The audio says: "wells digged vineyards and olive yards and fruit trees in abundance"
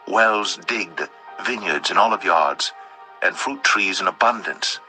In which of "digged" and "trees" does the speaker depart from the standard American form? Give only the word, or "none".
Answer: none